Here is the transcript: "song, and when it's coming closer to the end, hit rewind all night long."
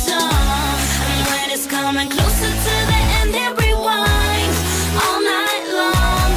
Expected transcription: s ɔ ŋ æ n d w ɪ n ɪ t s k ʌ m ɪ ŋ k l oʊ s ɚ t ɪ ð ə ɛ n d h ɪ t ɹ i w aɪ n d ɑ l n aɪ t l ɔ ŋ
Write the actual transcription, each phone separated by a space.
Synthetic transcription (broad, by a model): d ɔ w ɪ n ɪ t s k ʌ m ɪ ŋ k l oʊ s ɚ t ɪ ð ə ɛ n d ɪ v ɹ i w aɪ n ɑ l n aɪ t l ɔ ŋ